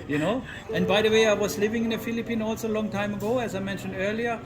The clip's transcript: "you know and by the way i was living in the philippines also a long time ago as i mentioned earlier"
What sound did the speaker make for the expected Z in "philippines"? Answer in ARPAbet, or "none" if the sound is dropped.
none